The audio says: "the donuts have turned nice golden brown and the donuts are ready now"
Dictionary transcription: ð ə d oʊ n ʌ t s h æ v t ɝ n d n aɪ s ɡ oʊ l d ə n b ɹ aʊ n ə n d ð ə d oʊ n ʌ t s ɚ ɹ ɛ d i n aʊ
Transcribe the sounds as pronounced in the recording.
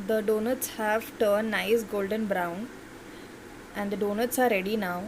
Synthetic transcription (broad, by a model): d ə d oʊ n ʌ t s h æ v t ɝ d n aɪ s ɡ oʊ l d ə n b ɹ aʊ n ə n d ə d oʊ n ʌ t s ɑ ɹ ɛ d i n aʊ